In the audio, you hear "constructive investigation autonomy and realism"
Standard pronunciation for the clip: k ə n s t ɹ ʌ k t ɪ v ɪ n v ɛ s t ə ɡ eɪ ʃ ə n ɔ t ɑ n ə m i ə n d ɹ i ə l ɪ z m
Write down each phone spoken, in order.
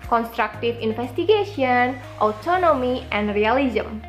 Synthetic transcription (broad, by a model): k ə n s t ɹ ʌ k t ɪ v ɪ n f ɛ s t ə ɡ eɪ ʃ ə n ɔ t ɑ n ə m i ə n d ɹ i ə l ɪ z m